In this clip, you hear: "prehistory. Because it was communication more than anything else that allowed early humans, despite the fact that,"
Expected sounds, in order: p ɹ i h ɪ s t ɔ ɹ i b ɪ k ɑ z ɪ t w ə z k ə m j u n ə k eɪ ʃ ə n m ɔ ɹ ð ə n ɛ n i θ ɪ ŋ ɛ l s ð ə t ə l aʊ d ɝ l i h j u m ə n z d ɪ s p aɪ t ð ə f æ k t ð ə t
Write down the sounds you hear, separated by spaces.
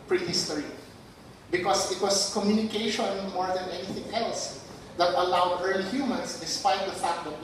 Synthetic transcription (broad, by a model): p ɹ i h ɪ s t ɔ ɹ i b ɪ k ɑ s ɪ t w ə s k ə m j u n ə k eɪ ʃ ə n m ɔ ɹ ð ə n ɛ n i θ ɪ ŋ ɛ l s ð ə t ə l aʊ d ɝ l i h j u m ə n s d ɪ s p aɪ t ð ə f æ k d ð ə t